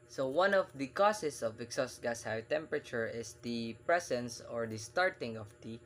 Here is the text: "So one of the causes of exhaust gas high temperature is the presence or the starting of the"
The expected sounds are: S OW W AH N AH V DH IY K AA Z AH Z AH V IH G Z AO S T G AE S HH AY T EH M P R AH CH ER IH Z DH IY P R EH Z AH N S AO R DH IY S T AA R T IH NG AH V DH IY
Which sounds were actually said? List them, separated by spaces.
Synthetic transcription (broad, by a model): S OW W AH N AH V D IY K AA S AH S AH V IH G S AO S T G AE S HH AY T EH M P R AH CH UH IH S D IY P R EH S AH N S AO R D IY S T AA R T IH NG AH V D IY